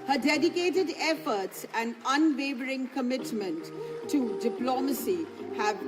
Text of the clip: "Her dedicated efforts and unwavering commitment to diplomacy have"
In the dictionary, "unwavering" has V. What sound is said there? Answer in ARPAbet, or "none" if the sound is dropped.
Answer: B